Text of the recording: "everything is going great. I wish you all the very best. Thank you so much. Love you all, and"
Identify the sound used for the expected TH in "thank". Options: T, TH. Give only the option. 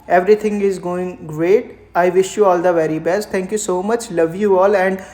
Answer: T